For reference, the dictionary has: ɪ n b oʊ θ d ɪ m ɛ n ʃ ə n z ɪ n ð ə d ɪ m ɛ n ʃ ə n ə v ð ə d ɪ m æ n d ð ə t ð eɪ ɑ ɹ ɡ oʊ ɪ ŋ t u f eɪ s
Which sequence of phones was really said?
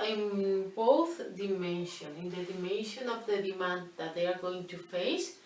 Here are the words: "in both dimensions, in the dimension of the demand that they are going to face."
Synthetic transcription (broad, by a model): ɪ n b oʊ θ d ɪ m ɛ n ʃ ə n ɪ n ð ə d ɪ m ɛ n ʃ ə n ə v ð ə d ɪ m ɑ n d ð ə t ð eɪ ɑ ɹ ɡ oʊ ɪ ŋ t u f eɪ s